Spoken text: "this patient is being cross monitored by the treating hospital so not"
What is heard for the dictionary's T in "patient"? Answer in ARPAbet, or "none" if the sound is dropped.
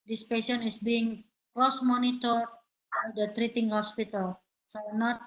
none